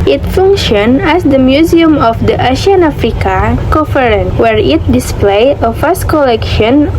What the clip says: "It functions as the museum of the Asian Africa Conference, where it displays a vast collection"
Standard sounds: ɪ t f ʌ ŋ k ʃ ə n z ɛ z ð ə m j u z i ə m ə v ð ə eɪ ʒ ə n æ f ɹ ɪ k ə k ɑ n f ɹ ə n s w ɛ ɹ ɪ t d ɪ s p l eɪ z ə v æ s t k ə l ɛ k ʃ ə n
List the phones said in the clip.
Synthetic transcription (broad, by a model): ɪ t f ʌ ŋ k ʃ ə n ɛ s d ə m j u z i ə m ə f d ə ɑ ʃ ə n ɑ f ɹ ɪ k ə k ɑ f ɹ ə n w ɛ ɹ ɪ t d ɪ s p l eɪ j ə f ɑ s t k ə l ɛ k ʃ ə n